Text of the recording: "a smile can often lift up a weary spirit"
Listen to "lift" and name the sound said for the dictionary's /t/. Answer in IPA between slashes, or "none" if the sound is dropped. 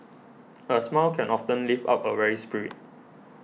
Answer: none